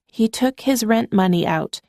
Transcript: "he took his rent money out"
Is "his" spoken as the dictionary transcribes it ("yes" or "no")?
yes